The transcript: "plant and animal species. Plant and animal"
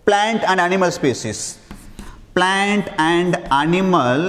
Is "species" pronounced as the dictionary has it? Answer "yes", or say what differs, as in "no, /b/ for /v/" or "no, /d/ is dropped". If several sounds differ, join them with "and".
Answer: no, /s/ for /ʃ/